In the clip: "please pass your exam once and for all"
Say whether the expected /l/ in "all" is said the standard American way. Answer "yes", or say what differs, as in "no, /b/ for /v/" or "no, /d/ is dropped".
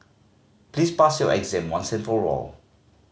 yes